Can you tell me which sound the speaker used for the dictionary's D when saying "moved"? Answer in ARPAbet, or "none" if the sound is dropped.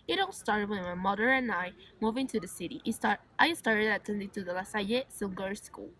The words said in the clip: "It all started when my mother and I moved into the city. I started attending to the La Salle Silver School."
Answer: none